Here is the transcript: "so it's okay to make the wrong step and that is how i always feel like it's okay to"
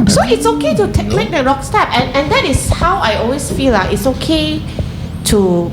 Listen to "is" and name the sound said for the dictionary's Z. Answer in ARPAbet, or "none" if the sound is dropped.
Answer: S